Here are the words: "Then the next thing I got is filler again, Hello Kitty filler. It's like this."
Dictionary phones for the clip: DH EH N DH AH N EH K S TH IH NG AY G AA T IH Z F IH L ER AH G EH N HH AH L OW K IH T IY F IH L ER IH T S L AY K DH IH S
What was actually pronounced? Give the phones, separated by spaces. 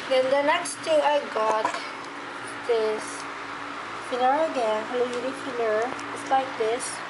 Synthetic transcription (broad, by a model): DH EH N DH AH N EH K S T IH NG AY G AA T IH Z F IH N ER AH G EH N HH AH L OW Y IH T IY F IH N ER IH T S L AY K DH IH S